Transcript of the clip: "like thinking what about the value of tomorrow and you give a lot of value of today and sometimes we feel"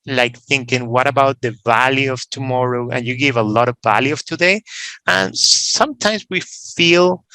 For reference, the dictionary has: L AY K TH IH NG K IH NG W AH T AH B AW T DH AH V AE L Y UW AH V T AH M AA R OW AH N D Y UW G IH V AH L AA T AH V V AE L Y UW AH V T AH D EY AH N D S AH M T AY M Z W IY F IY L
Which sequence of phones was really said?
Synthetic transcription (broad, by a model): L AY K TH IH NG K IH NG W AH T AH B AW T DH AH V AE L Y UW AH V T AH M AA R OW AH N Y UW G IH V AH L AA T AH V V AE L Y UW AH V T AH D EY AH N S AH M T AY M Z W IY F IY L